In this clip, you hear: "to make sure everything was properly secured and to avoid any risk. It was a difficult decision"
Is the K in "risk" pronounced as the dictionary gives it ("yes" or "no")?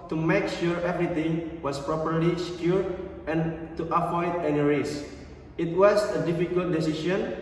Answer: no